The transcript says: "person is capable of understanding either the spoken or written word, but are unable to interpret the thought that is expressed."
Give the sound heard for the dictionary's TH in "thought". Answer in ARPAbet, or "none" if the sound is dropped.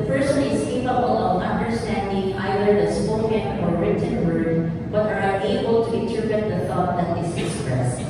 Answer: TH